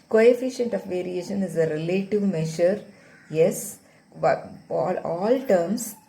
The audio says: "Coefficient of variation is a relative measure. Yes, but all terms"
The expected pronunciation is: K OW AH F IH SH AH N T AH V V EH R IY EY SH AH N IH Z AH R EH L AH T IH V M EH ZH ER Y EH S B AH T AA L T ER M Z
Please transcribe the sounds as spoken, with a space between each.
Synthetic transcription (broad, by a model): K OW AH F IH SH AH N T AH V V EH R IY EY SH AH N IH Z AH R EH L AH T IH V M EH SH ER Y EH S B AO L AA L T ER M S